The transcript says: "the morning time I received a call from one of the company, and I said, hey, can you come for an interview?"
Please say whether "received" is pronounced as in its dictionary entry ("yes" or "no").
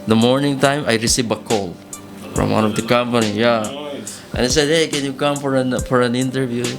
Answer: no